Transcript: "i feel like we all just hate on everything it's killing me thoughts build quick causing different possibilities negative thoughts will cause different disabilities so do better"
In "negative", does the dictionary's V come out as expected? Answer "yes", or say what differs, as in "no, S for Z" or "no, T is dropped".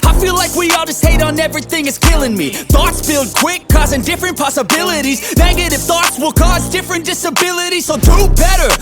no, F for V